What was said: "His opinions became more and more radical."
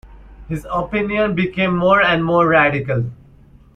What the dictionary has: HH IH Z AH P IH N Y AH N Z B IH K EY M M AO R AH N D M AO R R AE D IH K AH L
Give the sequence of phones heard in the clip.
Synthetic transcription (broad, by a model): HH IH Z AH P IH N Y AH N B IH K EY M M AO R AH N D M AO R R AE D IH K AH L